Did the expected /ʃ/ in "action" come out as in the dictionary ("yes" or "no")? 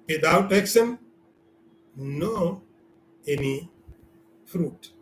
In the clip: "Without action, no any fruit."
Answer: no